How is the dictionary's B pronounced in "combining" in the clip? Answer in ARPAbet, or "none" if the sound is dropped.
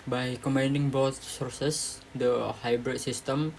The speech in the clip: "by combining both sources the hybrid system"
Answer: none